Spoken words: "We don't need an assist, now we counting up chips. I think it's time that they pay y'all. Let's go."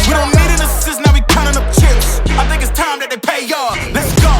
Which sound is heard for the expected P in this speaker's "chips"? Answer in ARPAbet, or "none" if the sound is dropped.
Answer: none